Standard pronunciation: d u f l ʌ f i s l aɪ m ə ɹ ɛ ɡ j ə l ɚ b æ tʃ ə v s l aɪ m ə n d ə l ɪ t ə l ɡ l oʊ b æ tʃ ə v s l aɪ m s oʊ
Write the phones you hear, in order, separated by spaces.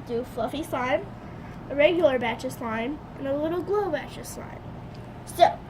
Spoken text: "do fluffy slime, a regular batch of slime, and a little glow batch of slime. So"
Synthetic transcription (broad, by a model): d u f l ʌ f i s aɪ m ə ɹ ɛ ɡ j l ɚ b æ tʃ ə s aɪ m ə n ə l ɪ t l ɡ l oʊ b æ tʃ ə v s aɪ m s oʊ